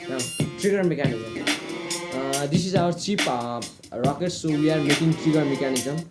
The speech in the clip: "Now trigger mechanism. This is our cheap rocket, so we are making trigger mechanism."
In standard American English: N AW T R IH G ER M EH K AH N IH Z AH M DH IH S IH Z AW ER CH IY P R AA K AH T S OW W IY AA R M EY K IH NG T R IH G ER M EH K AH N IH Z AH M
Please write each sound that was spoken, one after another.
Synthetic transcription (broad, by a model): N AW T R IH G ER M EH K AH N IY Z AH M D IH S IH Z AW ER CH IY P R AA K AH T S OW W IY AA R M EY K IH NG T R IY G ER M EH K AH N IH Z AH M